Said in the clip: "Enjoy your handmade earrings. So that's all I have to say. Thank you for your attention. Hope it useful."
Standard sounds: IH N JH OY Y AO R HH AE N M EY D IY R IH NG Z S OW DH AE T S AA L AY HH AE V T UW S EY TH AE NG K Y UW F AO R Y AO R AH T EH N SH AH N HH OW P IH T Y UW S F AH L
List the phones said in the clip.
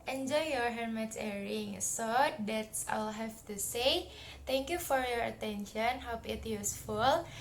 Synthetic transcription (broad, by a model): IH N JH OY Y AO R HH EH M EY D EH R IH NG S OW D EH T S AA L HH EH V T UW S EY T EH NG K Y UW F AO R Y AO R AH T EH N SH AH N HH OW P IH T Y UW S F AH L